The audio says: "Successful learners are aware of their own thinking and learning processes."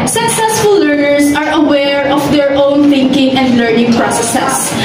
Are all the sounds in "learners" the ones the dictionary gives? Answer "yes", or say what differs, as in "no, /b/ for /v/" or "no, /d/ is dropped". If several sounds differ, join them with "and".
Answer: no, /s/ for /z/